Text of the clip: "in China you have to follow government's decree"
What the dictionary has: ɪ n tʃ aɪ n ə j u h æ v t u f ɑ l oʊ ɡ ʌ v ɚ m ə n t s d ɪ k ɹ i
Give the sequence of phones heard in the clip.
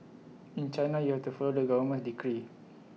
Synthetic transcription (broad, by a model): ɪ n tʃ aɪ n ə j u h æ f t u f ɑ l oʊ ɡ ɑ w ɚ m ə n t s d ɪ k ɹ i